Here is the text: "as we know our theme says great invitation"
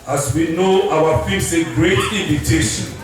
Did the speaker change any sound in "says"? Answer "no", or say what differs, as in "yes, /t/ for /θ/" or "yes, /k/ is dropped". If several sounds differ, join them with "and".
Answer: yes, /z/ is dropped